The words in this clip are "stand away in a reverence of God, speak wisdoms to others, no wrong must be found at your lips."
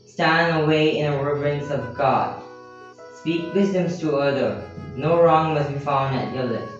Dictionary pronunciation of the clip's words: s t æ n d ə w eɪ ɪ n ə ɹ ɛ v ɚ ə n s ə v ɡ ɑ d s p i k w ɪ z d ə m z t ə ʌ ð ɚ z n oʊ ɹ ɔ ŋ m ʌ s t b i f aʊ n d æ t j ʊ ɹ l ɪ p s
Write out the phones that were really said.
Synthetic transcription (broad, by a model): s t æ n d ə w eɪ ɪ n ə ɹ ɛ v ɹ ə n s ə v ɡ ɑ d s p i k w ɪ z d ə m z t ə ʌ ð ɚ n oʊ ɹ ɔ ŋ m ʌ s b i f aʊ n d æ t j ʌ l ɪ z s